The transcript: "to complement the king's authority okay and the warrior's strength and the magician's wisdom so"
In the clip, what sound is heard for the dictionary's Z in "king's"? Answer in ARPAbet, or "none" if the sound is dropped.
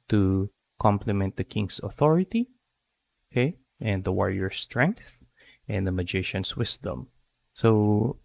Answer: S